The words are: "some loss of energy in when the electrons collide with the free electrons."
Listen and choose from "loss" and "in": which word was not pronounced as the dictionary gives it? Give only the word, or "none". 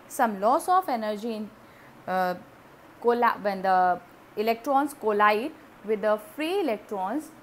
in